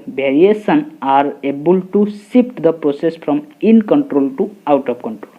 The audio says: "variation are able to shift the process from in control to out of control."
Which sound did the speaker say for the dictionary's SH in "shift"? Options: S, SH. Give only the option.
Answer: S